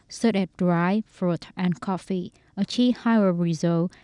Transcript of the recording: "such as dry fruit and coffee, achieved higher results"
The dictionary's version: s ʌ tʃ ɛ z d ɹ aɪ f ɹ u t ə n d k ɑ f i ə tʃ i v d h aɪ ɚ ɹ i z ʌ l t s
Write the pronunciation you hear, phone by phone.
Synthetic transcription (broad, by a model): s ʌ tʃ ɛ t d ɹ aɪ f ɹ u t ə n k ɑ f i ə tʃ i h aɪ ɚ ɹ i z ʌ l